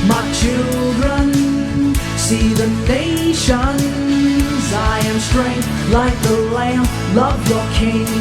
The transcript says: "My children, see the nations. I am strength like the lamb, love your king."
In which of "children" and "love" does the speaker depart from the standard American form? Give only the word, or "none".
none